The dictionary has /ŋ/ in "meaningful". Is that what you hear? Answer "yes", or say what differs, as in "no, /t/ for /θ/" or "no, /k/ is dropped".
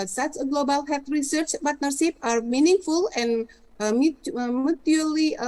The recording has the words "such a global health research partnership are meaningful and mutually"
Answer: yes